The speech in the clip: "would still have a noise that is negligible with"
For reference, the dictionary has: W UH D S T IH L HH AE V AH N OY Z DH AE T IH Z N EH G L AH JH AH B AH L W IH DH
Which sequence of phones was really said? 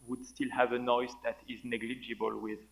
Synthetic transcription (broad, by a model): W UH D S T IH L HH AE V AH N OY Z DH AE T IH Z N EH G L AH JH AH B AH L W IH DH